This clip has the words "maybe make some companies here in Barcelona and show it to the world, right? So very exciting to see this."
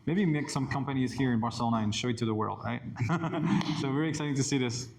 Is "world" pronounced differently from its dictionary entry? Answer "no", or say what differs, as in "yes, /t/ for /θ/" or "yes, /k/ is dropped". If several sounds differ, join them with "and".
no